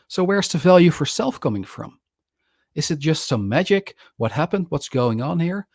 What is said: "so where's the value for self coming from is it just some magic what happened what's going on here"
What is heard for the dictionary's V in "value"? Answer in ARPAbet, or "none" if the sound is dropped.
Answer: V